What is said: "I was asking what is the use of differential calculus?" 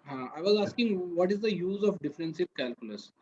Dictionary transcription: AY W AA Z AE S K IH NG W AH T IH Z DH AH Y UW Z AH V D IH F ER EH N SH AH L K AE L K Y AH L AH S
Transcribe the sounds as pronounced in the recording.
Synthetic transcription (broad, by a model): AY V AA Z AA S K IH NG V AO T IH Z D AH Y UW Z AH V D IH F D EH N S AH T K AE L K Y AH L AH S